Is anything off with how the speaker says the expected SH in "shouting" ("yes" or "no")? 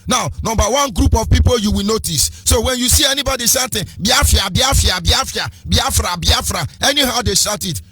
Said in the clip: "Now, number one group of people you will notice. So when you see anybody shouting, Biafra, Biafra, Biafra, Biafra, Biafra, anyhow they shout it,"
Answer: yes